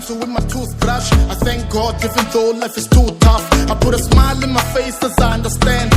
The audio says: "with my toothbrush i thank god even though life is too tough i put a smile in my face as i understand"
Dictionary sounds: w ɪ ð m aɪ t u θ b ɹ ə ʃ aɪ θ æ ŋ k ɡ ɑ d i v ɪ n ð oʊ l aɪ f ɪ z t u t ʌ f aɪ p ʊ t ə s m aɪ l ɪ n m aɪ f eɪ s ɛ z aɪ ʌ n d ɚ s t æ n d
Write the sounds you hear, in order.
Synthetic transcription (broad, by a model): w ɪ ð m aɪ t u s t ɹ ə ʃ aɪ θ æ ŋ k ɡ ɑ d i f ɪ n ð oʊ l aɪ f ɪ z t u t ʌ f aɪ p ʊ t ə s m aɪ l ɪ n m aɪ f eɪ s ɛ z aɪ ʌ n d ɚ s t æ n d